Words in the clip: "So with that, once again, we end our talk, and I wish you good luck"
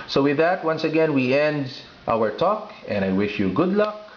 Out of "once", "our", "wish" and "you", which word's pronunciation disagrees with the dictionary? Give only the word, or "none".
none